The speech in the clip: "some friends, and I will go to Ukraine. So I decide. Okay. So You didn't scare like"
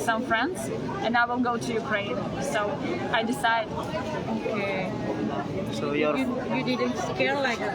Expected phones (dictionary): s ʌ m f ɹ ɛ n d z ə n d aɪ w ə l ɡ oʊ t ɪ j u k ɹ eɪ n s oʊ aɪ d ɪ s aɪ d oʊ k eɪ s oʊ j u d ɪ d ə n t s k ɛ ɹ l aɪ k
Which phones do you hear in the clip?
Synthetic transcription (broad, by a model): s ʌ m f ɹ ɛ n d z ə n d aɪ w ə n ɡ oʊ t ɪ j u k ɹ eɪ n s oʊ aɪ d ɪ s aɪ d oʊ k eɪ s oʊ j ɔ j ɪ d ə n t s k ɛ ɹ l aɪ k